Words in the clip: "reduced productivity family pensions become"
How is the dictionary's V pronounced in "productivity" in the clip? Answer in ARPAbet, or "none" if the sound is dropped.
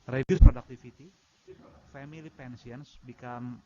F